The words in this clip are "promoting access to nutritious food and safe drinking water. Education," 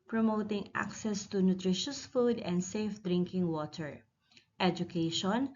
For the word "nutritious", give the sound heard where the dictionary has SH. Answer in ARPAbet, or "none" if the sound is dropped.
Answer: SH